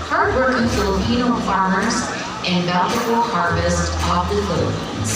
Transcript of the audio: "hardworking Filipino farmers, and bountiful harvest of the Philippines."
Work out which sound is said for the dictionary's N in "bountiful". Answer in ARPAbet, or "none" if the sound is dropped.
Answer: L